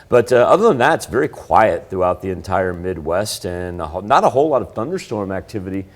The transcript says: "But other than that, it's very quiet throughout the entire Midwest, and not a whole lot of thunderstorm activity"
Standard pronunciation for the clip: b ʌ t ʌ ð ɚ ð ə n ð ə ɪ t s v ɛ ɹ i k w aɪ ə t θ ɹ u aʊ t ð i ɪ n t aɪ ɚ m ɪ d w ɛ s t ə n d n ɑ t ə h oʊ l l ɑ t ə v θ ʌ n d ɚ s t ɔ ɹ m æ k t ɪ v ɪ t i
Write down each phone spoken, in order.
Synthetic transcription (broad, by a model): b ʌ t ʌ ð ɚ ð ə n ð ə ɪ t s v ɛ ɹ i k w aɪ ə t θ ɹ u aʊ t ð i ɪ n t aɪ ɚ m ɪ d w ɛ s t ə n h n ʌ t ə h oʊ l l ɑ t ə v θ ʌ n d ɚ s t ɔ ɹ m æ k t ɪ v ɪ t i